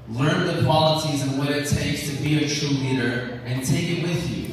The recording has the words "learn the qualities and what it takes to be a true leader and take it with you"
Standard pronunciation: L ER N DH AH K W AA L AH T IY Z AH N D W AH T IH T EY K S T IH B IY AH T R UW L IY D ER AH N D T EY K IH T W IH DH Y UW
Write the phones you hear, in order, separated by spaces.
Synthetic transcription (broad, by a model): L ER N DH AH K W AA L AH S IY Z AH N W AH T IH T EY K S T IH B IY AH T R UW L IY D ER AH N T EY K IH T W IH DH Y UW